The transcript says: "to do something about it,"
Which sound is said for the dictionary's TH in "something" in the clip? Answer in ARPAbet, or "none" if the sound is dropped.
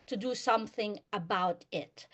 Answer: TH